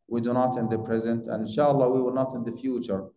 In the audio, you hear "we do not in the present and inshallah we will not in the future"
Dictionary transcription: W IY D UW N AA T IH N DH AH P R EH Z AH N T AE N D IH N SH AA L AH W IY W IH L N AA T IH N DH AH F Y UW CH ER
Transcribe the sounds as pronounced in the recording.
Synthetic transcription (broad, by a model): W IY D UW N AA T IH N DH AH P R EH Z AH N T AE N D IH N SH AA L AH W IY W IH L N AA T IH N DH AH F Y UW CH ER